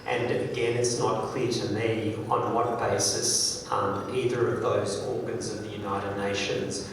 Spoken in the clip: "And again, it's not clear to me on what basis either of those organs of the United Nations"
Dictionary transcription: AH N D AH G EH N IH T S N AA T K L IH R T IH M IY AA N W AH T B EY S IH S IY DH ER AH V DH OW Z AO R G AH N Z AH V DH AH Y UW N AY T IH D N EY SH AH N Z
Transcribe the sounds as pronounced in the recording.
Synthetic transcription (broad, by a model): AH N AH G EH N IH T S N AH T K L IH R T IH M IY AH N W AH T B EY S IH S IY DH ER AH V DH OW Z AO R G AH N Z AH V DH AH Y UW N AY T IH D N EY SH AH N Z